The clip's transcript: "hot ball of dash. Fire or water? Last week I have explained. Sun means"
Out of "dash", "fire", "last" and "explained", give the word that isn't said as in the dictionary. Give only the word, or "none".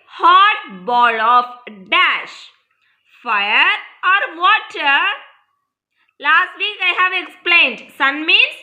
none